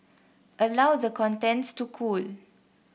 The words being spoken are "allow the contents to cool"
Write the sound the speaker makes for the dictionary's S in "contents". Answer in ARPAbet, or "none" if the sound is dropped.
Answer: S